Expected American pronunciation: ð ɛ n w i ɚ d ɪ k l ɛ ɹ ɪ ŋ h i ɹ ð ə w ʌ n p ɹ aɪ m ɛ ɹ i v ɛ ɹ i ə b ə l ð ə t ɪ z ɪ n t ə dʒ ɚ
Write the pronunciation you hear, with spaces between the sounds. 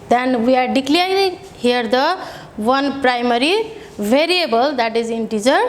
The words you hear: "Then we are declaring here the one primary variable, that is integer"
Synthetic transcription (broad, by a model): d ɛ n w i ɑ d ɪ k l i ɪ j h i ɹ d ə w ʌ n p ɹ aɪ m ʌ ɹ i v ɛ ɹ i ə b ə l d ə t ɪ z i n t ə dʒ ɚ